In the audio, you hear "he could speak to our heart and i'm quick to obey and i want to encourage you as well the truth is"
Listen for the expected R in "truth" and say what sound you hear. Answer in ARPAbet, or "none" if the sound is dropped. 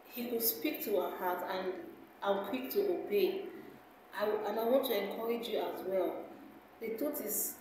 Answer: none